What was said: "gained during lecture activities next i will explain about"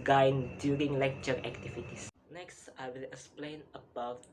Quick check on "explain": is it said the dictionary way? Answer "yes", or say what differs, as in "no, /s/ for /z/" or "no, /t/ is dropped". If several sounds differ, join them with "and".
yes